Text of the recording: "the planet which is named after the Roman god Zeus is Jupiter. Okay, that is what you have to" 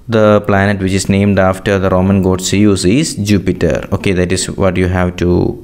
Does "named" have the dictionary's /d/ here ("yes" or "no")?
yes